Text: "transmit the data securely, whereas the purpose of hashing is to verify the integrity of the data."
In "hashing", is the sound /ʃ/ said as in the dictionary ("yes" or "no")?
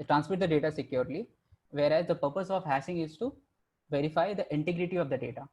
no